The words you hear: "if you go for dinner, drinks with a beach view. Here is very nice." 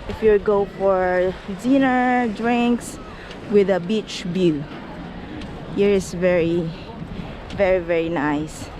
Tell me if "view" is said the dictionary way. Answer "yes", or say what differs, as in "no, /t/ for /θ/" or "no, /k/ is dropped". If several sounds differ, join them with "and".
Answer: no, /b/ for /v/